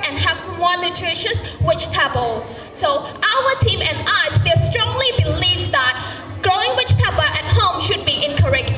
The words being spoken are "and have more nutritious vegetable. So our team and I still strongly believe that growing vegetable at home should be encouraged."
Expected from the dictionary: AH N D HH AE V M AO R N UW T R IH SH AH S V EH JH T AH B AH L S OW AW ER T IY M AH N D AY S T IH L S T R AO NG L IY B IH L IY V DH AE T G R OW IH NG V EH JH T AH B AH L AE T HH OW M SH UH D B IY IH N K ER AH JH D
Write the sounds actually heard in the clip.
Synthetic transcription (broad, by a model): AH N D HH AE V M AO R N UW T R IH SH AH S W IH CH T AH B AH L S OW AW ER T IY M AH N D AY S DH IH S T R AO NG L IY B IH L IY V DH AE T G R OW IH NG W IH CH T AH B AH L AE T HH OW M SH UH D B IY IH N K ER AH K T